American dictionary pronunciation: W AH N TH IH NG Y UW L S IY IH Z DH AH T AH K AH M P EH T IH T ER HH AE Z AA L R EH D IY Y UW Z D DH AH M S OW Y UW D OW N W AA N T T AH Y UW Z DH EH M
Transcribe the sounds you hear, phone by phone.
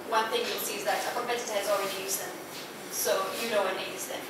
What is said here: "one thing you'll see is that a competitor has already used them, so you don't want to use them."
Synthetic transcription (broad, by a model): W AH N TH IH NG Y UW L S IY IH Z DH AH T AH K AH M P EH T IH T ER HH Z AA L R EH D IY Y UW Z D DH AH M S OW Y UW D OW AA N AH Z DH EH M